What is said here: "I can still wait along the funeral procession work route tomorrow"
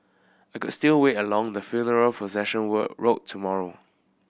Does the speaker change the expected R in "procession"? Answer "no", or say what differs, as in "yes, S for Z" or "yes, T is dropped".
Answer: yes, R is dropped